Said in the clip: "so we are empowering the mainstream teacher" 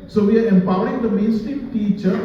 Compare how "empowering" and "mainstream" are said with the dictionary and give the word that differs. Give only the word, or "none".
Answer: mainstream